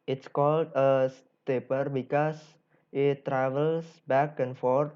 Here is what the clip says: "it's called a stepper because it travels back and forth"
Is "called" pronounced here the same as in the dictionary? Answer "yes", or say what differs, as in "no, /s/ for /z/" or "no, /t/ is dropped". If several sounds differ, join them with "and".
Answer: yes